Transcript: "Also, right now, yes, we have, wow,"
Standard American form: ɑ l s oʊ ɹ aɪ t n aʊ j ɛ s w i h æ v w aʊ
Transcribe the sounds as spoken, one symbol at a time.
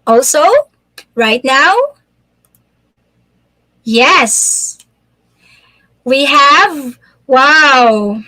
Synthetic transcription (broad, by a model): ɑ l s oʊ ɹ aɪ t n aʊ j ɛ s w i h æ v w aʊ